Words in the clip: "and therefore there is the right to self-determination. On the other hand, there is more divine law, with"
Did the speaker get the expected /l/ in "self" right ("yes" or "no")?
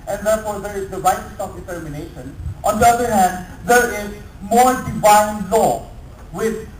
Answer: no